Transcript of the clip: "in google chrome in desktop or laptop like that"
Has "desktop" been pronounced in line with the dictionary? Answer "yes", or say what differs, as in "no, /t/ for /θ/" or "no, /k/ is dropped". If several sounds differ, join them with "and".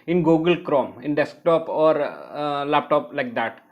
yes